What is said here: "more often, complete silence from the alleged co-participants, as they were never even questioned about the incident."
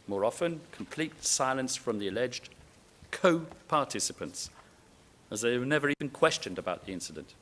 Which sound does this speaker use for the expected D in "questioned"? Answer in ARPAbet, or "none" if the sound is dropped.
D